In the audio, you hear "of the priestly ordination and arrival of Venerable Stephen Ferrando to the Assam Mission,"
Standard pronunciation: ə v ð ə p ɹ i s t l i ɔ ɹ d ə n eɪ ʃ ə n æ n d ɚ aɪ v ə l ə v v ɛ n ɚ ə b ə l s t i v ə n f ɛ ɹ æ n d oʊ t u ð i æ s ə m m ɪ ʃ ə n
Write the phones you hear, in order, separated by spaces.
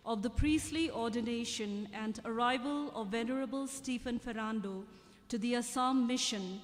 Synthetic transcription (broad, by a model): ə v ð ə p ɹ i s t l i ɔ ɹ d ə n eɪ ʃ ə n æ n d ɚ aɪ v ə l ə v v ɛ n ɚ ə b ə l s t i f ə n f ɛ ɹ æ n d oʊ t u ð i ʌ s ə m m ɪ ʃ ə n